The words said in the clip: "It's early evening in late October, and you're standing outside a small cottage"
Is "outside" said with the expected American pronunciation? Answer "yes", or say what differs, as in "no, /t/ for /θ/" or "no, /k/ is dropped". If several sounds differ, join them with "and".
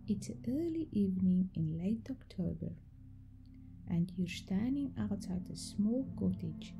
no, /s/ is dropped